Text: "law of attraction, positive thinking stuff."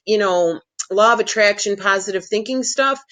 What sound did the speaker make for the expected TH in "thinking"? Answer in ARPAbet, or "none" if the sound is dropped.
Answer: TH